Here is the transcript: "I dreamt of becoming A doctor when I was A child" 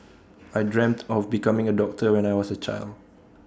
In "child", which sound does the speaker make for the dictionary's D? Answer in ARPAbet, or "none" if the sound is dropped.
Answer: D